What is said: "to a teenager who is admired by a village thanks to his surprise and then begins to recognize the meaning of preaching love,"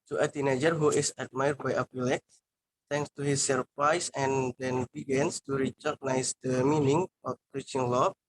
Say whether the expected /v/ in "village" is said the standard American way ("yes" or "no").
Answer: no